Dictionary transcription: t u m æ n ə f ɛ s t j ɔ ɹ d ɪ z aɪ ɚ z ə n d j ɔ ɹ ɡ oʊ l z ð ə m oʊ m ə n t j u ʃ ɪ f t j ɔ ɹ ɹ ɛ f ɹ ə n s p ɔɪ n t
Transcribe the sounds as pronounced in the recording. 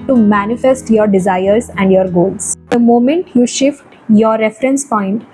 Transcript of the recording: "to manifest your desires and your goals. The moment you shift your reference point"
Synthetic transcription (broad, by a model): t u m æ n ə f ɛ s t j ɔ ɹ d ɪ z aɪ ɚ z ə n d j ɔ ɹ ɡ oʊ l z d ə m oʊ m ə n t j u ʃ ɪ f t j ɔ ɹ ɹ ɛ f ɹ ə n s p ɔɪ n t